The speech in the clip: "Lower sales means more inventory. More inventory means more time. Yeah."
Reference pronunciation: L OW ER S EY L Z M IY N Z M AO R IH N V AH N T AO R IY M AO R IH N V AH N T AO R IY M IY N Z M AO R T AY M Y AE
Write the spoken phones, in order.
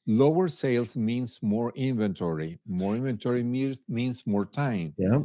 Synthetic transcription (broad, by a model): L OW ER S EY L S M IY N S M AO R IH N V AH N T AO R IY M AO R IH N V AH N T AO R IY M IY N S M AO R T AY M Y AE